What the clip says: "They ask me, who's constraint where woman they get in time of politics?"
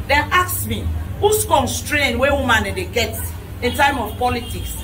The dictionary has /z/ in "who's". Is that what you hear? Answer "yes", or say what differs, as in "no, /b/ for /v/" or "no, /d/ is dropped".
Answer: no, /s/ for /z/